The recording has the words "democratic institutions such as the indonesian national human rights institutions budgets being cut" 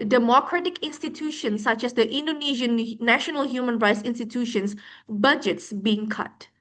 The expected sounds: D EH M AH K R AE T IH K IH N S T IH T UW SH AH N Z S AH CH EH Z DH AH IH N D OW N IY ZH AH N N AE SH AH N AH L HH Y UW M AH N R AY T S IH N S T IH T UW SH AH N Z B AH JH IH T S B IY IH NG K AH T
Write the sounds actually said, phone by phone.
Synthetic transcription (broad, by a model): D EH M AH K R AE T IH K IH N S T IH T UW SH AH N S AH CH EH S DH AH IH N D OW N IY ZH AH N N AE SH AH N AH L HH Y UW M AH N R AY T S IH N S T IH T UW SH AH N S B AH JH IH T S B IY IH NG K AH T